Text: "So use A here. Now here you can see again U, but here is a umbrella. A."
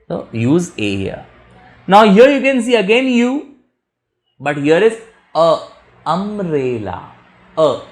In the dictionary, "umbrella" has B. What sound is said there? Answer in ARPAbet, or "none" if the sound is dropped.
none